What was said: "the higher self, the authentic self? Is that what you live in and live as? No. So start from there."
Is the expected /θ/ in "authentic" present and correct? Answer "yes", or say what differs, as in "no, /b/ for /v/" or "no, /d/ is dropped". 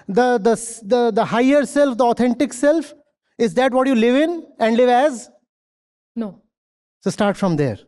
no, /t/ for /θ/